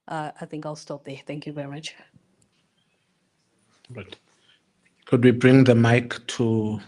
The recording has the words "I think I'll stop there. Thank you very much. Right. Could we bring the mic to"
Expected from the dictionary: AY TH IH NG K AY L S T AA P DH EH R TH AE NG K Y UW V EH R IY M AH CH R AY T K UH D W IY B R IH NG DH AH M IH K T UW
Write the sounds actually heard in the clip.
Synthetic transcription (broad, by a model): AY TH IH NG K AY L S T AA P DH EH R TH AE NG K Y UW V EH R IY M AH CH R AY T K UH D W IY B R IH NG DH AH M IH K T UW